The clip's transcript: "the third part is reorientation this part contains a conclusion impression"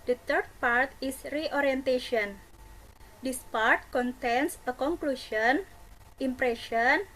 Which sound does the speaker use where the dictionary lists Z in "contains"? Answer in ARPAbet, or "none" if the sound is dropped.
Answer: S